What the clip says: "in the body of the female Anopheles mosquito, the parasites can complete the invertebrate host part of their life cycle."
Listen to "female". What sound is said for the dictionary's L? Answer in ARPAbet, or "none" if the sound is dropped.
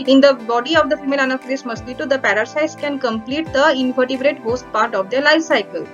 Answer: L